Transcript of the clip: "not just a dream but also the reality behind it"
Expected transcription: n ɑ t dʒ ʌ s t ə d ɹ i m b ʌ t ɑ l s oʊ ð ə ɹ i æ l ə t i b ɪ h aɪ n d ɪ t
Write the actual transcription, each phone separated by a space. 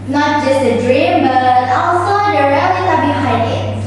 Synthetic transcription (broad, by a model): n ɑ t dʒ ʌ s t ə d ɹ i m b ʌ t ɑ s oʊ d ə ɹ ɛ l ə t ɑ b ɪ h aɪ d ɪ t